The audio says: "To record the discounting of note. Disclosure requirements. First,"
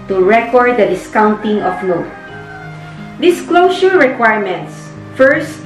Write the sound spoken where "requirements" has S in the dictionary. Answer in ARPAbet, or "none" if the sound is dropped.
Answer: S